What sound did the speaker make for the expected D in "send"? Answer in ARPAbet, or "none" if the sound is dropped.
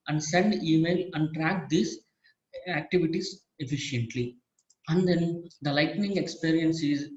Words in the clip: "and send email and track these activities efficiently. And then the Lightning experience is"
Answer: D